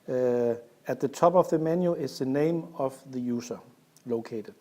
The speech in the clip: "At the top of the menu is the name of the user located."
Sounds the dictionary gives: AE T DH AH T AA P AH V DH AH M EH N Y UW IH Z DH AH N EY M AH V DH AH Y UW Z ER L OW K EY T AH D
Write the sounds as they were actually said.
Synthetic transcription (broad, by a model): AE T DH AH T AA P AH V DH AH M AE N Y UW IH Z DH AH N EY M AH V DH AH Y UW S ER L OW K EY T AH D